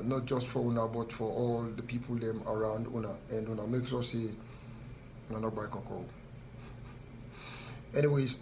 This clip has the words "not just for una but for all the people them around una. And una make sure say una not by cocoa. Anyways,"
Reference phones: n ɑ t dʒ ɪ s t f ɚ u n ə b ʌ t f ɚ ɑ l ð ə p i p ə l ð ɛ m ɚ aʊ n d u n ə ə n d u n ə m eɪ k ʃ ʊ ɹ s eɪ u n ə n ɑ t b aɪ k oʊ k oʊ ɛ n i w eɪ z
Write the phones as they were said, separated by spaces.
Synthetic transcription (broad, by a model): n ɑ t dʒ ɪ s t f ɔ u n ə b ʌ t f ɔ ɑ l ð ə p i p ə l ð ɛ m ɚ aʊ n d u n ə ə n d u n ə m eɪ k s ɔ s eɪ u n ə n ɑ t b aɪ k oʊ k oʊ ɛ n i w eɪ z